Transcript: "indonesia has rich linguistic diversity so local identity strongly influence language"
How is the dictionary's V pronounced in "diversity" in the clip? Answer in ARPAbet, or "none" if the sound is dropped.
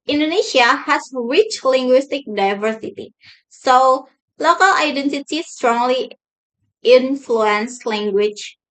V